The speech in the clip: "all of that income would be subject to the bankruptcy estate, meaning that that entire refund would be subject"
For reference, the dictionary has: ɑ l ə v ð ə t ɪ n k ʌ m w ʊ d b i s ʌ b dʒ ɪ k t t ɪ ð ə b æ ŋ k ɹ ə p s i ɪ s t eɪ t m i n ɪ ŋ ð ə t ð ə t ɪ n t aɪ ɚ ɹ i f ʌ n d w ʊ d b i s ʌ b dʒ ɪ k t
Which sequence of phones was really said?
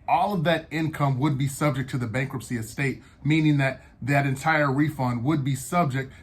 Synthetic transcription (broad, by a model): ɑ l ə v ð ə t ɪ n k ʌ m w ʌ d b i s ʌ b dʒ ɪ k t t ɪ ð ə b æ ŋ k ɹ ə p s i ɪ s t eɪ t m i n ɪ ŋ ð ə t ð ə t ɪ n t aɪ ɚ ɹ i f ʌ n d w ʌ d b i s ʌ b dʒ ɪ k t